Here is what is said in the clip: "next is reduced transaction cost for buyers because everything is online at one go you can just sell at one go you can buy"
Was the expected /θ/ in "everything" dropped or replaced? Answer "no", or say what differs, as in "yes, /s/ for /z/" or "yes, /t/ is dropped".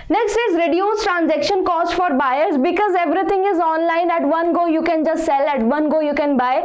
yes, /t/ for /θ/